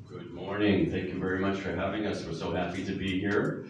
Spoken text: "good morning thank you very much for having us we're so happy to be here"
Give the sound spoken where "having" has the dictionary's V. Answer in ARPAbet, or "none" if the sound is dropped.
V